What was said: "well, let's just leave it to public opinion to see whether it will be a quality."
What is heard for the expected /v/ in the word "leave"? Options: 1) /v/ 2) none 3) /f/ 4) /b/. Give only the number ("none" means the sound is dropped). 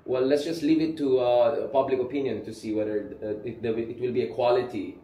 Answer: 1